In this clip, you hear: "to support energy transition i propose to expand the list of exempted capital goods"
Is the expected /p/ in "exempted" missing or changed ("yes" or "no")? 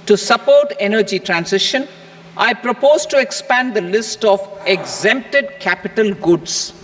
no